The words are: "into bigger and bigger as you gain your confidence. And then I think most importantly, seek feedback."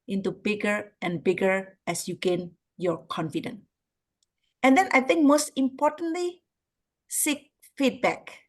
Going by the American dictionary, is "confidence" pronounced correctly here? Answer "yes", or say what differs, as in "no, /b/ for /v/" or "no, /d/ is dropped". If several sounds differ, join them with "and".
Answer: no, /s/ is dropped